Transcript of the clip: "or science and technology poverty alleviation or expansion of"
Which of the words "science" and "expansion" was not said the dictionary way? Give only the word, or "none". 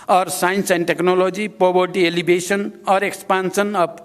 expansion